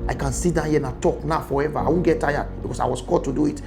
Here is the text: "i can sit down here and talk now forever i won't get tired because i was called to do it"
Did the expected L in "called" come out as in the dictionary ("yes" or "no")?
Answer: no